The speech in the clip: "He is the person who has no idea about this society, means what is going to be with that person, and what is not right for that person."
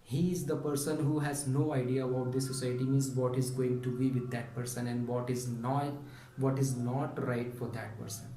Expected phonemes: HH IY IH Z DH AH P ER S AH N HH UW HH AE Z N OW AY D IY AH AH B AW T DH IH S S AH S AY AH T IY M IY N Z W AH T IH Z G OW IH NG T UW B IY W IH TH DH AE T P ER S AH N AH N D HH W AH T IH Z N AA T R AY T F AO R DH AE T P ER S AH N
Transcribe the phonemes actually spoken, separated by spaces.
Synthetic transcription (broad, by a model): HH IY IH Z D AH P ER S AH N HH UW HH AE Z N OW AY D IY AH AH UH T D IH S S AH S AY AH T IY M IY N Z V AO T IH Z G OW IH NG T UW B IY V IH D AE T P ER S AH N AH N D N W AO T IH Z N AA T R AY T F AO R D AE T P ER S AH N